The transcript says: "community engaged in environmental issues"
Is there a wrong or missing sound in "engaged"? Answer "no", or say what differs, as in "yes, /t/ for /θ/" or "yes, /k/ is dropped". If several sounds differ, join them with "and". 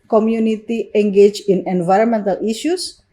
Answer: yes, /d/ is dropped